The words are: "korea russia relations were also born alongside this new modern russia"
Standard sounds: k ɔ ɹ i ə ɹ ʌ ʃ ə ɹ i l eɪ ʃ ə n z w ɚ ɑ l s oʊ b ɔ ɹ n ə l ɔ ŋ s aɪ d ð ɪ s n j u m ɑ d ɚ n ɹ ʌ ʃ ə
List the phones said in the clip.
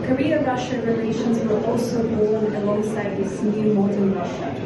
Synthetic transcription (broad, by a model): k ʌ ɹ i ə ɹ ʌ ʃ ə ɹ i l eɪ ʃ ə n z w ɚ ɑ l s oʊ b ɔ l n ə l ɔ ŋ s aɪ d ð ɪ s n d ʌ m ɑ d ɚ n ɹ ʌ ʃ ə